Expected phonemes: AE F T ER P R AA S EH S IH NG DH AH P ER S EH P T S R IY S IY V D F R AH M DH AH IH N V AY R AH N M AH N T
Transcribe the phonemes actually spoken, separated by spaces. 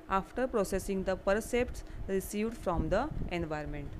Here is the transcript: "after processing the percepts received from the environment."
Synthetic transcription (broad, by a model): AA F T ER P R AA S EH S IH NG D AH P ER S EH P T S R IY S IY V D F R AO M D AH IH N V AY R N M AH N T